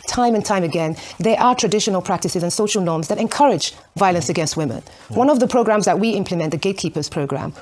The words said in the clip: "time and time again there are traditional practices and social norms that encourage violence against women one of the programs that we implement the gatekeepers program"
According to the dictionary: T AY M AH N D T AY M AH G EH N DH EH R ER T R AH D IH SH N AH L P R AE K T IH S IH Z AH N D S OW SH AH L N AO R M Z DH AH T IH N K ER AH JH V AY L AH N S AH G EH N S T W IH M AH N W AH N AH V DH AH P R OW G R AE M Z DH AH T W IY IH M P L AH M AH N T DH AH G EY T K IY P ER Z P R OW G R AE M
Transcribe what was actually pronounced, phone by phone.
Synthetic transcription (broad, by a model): T AY M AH N T AY M AH G EH N DH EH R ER T R AH D IH SH N AH L P R AE K T IH S IH Z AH N S OW SH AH L N AO R M Z DH AH T IH N K ER AH JH V AY L AH N S AH G EH N S T W IH M AH N W AH N AH V DH AH P R OW G R AE M Z DH AH T W IY IH M P L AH M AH N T DH AH G EY T K IY P ER Z P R OW G R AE M